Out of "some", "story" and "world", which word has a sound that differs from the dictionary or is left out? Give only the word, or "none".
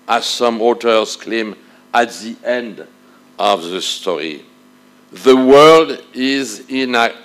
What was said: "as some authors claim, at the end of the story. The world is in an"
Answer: none